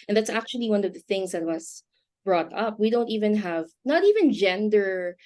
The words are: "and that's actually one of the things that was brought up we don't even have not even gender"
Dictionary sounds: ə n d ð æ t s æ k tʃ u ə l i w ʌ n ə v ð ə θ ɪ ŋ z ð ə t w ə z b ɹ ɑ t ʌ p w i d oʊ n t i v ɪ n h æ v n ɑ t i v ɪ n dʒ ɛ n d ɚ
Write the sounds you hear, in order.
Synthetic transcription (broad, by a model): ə n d ð æ t s æ k tʃ u ə l i w ʌ n ə v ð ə θ ɪ ŋ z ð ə t w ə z b ɹ ɑ t ʌ p w i d oʊ n t i v ɪ n h æ v n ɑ t i v ɪ n dʒ ɛ n d ɚ